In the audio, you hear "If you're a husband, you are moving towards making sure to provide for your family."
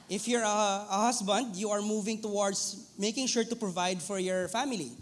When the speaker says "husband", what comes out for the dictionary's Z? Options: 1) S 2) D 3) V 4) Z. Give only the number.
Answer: 1